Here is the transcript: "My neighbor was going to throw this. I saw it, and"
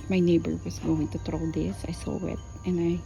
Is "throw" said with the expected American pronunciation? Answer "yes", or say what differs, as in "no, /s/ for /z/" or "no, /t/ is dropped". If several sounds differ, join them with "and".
no, /t/ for /θ/